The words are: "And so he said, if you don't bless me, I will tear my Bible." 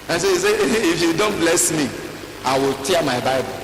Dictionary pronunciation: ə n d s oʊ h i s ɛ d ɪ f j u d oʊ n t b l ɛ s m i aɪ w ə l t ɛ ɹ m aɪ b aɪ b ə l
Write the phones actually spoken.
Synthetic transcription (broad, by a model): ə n s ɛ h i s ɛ ɪ f j u d oʊ n t b l ɛ s m i aɪ w ə l t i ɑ m aɪ b aɪ b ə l